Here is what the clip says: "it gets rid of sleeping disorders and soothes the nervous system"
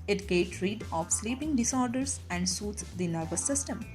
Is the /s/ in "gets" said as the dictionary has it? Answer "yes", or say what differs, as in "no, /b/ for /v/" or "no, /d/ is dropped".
no, /s/ is dropped